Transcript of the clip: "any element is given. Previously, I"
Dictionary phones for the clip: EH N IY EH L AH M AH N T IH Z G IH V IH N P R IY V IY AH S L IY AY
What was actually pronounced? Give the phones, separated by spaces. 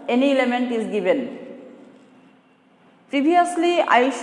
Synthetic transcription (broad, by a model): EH N IY EH L AH M AH N T IH Z G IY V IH N P R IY B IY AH S L IY AY